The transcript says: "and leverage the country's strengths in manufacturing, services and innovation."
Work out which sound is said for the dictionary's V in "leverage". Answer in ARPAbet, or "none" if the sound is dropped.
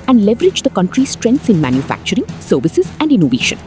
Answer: V